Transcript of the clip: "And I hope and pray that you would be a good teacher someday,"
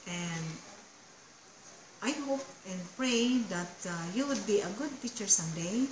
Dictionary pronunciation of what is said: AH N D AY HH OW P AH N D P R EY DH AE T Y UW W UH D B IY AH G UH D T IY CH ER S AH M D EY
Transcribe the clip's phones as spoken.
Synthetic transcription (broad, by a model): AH N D AY HH OW P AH N P R EY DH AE T Y UW W UH D B IY AH G UH D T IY CH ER S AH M D EY